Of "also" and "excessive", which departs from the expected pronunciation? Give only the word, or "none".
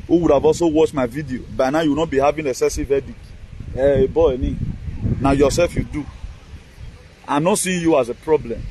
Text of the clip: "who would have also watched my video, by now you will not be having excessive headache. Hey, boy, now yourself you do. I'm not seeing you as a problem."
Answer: excessive